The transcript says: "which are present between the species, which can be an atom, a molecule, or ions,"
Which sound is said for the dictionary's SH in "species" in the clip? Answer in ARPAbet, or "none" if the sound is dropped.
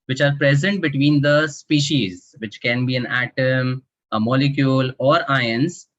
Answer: SH